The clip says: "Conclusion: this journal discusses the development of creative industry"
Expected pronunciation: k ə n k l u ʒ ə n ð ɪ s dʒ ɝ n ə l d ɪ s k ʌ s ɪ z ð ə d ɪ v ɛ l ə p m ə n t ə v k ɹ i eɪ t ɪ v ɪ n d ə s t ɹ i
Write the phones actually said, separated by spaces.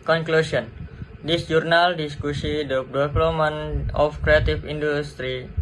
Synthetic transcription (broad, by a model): k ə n k l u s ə n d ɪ s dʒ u n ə l d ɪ s k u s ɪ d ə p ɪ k l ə m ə n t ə f k ɹ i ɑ t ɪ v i n d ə s t ɹ i